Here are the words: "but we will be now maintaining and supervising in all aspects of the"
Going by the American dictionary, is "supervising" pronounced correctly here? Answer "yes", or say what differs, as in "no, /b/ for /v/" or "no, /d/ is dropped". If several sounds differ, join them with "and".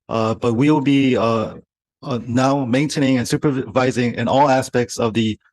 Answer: yes